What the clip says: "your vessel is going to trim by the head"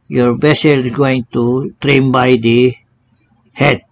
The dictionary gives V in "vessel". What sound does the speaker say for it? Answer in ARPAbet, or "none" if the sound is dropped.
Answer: B